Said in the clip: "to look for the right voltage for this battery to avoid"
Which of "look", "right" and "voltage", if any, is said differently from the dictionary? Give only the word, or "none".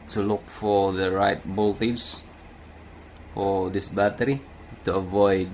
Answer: voltage